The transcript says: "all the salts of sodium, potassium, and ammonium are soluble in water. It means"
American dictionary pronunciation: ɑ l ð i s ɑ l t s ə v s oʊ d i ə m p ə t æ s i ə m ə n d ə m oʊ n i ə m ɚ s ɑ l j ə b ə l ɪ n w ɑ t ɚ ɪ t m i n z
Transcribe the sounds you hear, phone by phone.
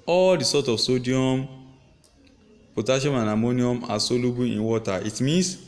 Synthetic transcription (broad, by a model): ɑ l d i s ɑ t ə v s oʊ d i ə m p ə t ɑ ʃ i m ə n ə m oʊ n i ə m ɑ s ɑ l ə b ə ɪ n w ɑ t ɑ ɪ t m i n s